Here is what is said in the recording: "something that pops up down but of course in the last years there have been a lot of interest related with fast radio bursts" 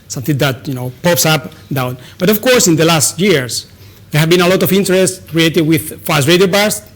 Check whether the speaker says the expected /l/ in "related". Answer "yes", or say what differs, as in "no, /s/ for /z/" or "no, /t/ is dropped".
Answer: no, /l/ is dropped